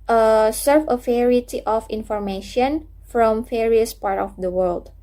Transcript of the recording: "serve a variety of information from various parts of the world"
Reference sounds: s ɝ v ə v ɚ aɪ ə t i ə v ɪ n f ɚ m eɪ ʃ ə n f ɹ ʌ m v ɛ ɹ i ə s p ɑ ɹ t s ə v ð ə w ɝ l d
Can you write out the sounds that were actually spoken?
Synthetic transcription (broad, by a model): s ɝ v ə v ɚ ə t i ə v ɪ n f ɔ m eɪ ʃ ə n f ɹ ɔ m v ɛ ɹ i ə s p ɑ ɹ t ə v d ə w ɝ l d